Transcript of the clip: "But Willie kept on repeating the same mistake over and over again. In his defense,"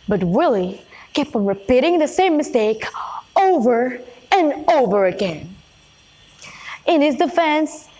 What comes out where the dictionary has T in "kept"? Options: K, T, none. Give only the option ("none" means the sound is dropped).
none